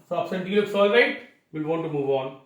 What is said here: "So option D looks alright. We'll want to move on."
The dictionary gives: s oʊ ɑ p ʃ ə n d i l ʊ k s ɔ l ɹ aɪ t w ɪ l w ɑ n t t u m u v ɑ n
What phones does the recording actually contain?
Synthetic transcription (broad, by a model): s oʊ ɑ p s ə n d i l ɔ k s ɔ l ɹ aɪ t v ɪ l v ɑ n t t u m u v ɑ n